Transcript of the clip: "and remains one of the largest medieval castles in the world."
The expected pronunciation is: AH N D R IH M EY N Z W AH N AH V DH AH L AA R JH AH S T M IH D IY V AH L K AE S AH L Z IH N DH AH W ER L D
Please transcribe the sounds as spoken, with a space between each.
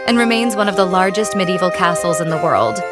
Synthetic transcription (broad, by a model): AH N R IH M EY N Z W AH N AH V DH AH L AA R JH AH S T M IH D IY V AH L K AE S L Z IH N DH AH W ER L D